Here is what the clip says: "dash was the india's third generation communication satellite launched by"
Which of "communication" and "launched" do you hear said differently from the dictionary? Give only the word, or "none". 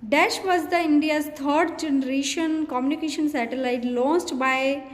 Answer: launched